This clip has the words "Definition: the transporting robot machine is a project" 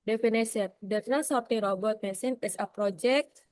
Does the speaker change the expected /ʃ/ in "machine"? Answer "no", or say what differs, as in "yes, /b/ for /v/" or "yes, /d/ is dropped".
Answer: yes, /s/ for /ʃ/